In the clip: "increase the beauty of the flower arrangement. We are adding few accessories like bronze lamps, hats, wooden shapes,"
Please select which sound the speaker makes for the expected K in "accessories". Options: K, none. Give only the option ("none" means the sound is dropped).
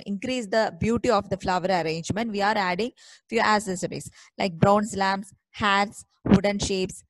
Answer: none